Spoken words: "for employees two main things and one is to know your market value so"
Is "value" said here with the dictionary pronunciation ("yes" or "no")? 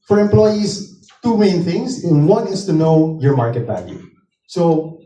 no